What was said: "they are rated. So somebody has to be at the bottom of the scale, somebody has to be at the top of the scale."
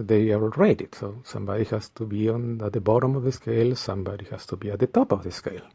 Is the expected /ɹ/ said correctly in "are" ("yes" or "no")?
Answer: no